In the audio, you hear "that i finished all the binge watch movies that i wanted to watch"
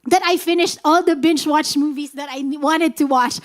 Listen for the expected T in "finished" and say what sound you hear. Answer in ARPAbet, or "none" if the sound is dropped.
T